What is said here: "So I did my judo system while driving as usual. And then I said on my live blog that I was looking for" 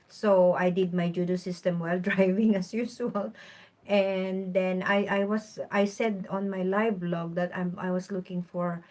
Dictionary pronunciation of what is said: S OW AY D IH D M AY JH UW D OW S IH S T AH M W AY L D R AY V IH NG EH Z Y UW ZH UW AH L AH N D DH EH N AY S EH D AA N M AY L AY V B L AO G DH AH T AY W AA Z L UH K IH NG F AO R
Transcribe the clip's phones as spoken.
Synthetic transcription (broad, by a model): S OW AY D IH D M AY JH UW D OW S IH S T AH M W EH L D R AY V IH NG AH S Y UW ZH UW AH L AH N D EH N AY S EH D AA N M AY L AY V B L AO G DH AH T AY W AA S L UH K IH NG F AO R